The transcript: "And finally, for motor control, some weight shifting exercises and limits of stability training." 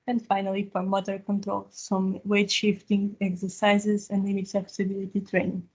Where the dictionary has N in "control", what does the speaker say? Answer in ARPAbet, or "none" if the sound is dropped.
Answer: N